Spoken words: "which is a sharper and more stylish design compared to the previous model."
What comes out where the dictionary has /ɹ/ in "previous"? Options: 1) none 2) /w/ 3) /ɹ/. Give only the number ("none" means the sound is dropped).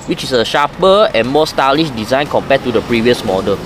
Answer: 3